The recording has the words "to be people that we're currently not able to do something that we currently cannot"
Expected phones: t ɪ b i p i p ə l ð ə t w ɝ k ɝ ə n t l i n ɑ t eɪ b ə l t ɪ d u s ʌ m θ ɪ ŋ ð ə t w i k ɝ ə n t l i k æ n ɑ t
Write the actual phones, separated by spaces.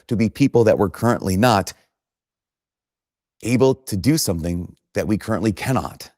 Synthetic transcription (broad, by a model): t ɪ b i p i p l ð ə t w ɝ k ɝ ə n t l i n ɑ t eɪ b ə l t ɪ d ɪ s ʌ m θ ɪ ŋ ð ə t w i k ɝ ə n t l i k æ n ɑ t